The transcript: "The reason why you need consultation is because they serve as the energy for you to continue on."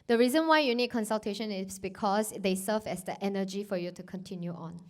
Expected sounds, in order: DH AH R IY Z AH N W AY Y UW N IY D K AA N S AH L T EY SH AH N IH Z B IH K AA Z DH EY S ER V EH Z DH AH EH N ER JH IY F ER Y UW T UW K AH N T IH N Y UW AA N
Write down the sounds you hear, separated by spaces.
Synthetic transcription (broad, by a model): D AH R IY Z AH N W AY Y UW N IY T K AA N S AH L T EY SH AH N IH S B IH K AA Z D EY S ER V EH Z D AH EH N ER JH IY F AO Y UW T UW K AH N T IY N Y UW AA N